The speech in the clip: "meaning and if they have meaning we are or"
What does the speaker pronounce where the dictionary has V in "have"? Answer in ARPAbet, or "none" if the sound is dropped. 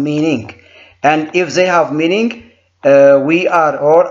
V